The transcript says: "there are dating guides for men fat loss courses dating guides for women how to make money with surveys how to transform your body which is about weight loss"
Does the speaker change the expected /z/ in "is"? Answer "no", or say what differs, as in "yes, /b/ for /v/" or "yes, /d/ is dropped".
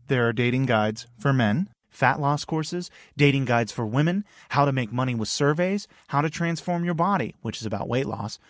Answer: no